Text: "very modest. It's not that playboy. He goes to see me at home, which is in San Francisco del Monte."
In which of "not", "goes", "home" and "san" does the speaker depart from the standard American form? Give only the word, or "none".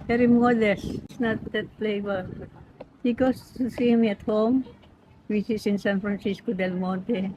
goes